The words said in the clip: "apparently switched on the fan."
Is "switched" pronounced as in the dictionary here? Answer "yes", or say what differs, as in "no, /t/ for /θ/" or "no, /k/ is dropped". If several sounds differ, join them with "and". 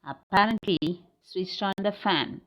no, /s/ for /tʃ/